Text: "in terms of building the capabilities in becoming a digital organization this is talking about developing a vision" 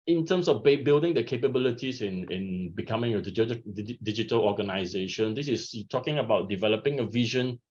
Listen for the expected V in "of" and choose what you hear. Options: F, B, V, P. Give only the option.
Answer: B